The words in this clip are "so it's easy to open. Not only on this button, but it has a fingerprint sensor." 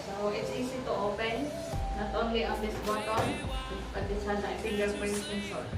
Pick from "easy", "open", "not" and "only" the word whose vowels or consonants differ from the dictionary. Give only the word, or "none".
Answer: easy